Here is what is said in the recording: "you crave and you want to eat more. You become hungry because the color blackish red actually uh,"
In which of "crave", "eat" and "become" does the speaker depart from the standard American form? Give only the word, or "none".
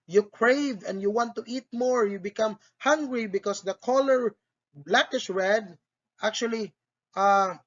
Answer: none